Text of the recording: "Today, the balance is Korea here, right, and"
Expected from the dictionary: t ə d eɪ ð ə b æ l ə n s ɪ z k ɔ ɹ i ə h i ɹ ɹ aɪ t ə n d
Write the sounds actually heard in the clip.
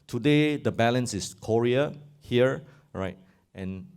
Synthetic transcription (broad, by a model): t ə d eɪ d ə b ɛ l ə n s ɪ s k ɔ ɹ i ə h i ɹ ɹ aɪ t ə n